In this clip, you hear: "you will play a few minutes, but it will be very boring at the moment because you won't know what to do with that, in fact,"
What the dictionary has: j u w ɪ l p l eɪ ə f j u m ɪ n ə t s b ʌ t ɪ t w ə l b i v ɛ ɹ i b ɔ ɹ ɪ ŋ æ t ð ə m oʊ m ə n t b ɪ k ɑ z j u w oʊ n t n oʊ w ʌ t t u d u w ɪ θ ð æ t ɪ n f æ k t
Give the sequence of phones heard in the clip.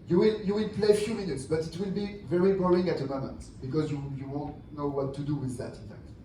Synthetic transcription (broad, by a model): j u w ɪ l p l eɪ ə f j u m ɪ n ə t s b ʌ t ɪ t w ə l b i v ɛ ɹ i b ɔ l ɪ ŋ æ t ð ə m oʊ m ə n t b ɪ k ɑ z j u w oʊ n t n oʊ w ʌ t t u d u w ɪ ð æ t ɪ n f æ k t